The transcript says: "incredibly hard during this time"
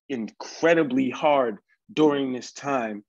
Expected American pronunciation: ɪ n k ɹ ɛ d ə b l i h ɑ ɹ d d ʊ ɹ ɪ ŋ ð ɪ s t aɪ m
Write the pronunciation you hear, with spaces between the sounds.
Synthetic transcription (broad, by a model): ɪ n k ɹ ɛ d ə b l i h ɑ ɹ d d ʊ ɹ ɪ ŋ ð ɪ s t aɪ m